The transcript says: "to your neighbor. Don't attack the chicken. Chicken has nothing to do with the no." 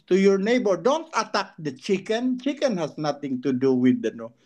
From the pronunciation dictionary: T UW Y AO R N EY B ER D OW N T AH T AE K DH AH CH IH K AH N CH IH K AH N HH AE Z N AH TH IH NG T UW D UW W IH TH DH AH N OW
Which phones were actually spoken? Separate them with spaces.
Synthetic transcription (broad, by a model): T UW Y AO R N EY B ER D OW N T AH T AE K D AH CH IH K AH N CH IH K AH N HH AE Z N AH T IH NG T UW D UW W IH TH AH N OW